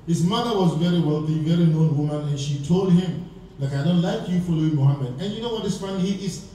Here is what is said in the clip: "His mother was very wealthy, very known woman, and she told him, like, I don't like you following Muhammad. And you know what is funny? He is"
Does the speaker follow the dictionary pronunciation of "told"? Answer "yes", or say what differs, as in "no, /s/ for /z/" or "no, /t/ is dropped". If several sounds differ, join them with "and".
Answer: yes